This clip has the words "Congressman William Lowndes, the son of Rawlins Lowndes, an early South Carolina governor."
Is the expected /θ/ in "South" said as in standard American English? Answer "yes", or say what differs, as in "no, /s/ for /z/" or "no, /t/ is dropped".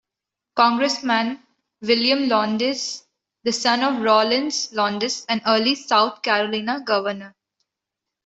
no, /t/ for /θ/